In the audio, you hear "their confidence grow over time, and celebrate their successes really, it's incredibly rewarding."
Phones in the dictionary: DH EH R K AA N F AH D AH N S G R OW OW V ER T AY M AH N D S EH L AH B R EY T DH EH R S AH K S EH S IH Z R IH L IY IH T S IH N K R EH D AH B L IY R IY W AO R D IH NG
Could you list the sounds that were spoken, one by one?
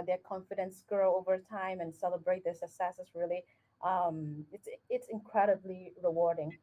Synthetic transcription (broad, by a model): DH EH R K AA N F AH D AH N S G R OW OW V ER T AY M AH N S EH L AH B R EY T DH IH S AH S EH S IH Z R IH L IY IH T S IH N K R EH D AH B L IY R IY W AO R D IH NG